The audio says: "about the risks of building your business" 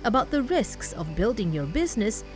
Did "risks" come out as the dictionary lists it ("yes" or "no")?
yes